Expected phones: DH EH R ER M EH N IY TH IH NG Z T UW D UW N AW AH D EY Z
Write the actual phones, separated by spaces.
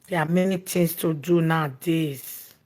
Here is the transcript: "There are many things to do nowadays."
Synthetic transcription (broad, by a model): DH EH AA M EH N IY T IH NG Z T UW D UW N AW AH D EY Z